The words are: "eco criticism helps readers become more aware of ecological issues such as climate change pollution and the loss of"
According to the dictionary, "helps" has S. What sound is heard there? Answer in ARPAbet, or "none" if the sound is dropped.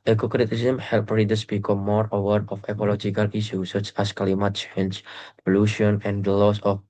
none